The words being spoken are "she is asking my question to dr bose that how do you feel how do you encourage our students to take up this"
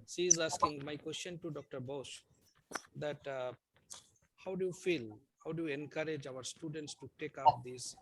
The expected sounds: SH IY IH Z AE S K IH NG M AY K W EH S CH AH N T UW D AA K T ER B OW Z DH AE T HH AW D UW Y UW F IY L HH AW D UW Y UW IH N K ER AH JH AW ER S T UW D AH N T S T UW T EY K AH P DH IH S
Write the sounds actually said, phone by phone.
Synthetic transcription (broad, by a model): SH IY IH Z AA S K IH NG M AY K W EH S CH AH N T UW D AA K T ER B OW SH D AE T HH AW D UW Y UW F IY L HH AW D UW Y UW IH N K ER AH JH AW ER S T UW D AH N T S T UW T EY K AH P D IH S